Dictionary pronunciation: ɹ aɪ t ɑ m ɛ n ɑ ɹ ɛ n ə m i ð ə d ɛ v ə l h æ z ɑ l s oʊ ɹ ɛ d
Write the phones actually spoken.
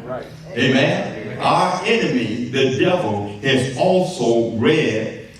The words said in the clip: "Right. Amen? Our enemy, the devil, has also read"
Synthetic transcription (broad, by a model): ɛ ɑ m ɛ n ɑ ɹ ɛ n ə m i ð ə d ɛ v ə l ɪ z ɑ l s oʊ ɹ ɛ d